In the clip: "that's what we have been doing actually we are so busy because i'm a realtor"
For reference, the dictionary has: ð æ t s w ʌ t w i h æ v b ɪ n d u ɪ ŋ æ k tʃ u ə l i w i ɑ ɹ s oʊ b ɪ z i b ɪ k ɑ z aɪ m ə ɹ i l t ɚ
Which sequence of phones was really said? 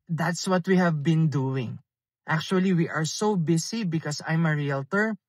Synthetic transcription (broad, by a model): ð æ t s w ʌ t w i h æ v b ɪ n d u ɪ ŋ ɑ k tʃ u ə l i w i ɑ ɹ s oʊ b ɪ s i b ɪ k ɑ s aɪ m ə ɹ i l t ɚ